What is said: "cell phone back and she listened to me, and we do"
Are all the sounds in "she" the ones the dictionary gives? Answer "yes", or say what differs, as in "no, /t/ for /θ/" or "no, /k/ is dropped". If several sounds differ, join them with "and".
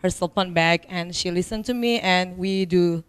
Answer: yes